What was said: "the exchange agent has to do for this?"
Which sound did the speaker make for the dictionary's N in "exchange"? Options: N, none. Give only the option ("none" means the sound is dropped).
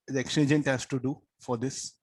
none